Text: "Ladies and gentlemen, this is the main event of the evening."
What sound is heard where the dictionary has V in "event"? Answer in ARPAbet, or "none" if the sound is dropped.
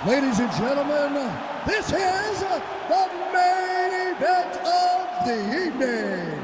B